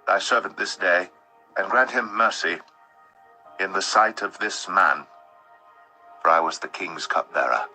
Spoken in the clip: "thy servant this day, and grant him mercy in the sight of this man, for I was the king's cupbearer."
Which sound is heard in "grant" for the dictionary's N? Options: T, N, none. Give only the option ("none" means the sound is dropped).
N